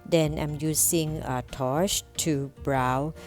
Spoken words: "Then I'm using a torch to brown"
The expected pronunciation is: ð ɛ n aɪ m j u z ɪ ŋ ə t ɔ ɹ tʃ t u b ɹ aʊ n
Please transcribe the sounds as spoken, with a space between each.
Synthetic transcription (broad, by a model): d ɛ n aɪ m j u s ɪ ŋ ə t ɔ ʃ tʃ t u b ɹ aʊ